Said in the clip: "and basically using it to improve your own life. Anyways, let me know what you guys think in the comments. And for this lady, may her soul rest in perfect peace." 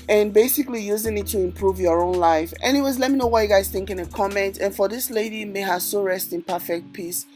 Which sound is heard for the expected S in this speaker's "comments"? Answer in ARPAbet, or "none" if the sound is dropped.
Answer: none